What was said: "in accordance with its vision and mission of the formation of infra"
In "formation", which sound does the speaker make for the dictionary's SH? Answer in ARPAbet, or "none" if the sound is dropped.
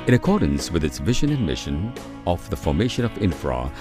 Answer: SH